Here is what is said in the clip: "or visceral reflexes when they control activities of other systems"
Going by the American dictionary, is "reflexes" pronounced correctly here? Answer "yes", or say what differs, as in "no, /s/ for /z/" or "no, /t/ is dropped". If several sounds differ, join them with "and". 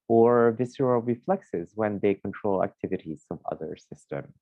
yes